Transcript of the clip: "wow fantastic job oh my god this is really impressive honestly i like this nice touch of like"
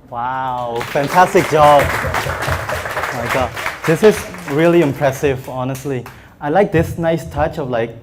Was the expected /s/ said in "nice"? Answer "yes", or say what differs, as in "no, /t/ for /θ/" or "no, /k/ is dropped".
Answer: yes